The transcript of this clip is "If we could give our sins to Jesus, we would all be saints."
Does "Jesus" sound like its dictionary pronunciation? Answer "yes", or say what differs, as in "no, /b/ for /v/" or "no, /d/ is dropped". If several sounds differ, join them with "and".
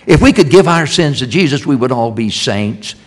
yes